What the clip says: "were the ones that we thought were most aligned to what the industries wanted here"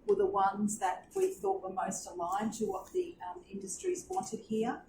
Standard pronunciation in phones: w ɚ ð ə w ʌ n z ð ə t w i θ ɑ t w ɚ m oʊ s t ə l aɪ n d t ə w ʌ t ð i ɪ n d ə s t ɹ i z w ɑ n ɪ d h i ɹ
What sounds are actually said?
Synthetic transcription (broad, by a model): w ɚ ð ə w ʌ n z ð ə t w i θ ɑ t w ɚ m oʊ s t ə l aɪ n t ə w ʌ t ð i ɪ n d ə s t ɹ i z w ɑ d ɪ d h i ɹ